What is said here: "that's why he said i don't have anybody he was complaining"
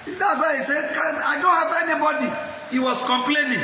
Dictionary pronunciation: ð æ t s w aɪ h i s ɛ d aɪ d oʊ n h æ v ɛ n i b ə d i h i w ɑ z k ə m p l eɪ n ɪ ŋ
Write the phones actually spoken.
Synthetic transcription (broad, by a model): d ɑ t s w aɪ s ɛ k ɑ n aɪ d oʊ n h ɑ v ɛ n i b ə d i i w ɑ s k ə m p l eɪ n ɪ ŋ